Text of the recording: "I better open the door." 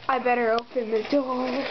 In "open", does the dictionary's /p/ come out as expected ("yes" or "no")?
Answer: yes